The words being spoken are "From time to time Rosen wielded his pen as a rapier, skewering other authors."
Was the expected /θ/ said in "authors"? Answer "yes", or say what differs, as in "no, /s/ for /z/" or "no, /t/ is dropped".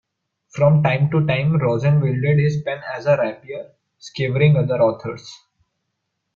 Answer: no, /t/ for /θ/